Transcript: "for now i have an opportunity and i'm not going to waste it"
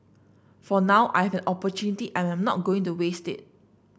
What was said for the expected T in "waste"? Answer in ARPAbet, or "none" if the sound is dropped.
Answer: T